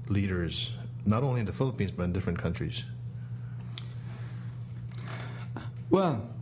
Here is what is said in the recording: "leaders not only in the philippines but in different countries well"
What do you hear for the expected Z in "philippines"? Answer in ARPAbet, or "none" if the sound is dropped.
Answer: Z